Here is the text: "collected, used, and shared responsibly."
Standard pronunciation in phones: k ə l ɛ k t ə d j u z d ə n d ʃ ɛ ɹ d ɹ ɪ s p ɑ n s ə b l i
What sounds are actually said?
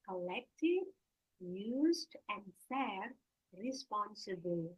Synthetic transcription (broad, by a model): k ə l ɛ k t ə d j u z d ə n d s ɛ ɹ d ɹ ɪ s p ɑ n s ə b l